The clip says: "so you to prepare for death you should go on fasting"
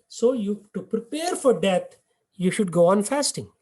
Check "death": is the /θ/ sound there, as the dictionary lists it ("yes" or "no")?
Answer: no